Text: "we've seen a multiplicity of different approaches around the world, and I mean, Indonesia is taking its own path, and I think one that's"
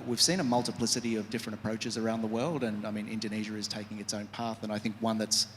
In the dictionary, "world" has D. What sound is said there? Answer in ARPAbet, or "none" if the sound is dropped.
D